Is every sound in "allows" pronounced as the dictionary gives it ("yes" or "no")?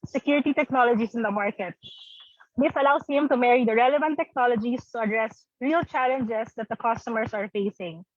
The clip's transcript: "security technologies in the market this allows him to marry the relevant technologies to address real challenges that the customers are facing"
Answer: no